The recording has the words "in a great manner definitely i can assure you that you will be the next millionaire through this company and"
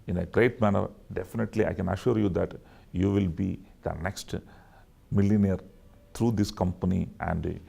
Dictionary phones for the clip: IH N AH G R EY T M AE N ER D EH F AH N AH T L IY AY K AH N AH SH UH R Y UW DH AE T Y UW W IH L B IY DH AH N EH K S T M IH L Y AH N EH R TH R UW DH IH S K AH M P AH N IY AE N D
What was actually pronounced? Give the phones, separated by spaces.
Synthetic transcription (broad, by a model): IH N AH G R EY T M AE N ER D EH F AH N AH T L IY AY K AH N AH SH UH R Y UW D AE T Y UW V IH L B IY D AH N EH K S T M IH L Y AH N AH R T R UW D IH S K AH M P AH N IY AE N D